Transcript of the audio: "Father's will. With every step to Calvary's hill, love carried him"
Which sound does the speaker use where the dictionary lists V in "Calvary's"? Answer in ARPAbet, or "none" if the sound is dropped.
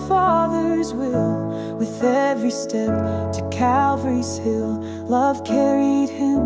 V